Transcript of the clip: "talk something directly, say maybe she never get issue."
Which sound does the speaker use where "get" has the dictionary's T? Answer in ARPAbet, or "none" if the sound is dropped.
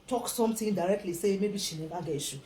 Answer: none